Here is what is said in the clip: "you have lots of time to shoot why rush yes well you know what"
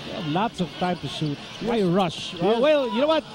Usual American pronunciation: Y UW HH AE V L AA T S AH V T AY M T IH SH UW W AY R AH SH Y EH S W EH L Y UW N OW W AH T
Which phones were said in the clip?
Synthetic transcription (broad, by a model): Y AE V L AA T S AH V T AY M T IH SH UW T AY R AH SH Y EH W EH L Y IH N OW W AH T